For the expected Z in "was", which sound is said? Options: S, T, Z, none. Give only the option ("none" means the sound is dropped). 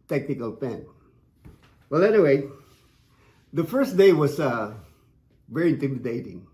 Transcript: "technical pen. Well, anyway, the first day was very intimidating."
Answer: S